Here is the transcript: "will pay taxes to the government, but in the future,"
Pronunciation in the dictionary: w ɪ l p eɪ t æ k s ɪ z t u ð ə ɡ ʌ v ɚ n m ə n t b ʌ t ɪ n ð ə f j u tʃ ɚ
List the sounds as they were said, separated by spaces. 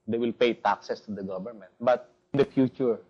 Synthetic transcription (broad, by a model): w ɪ l p eɪ t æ k s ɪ s t u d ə ɡ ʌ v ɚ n m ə n t b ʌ t ɪ n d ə f j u tʃ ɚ